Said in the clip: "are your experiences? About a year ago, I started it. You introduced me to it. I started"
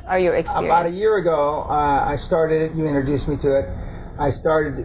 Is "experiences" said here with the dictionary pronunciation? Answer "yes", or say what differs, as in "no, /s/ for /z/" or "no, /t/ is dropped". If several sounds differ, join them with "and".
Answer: no, /z/ is dropped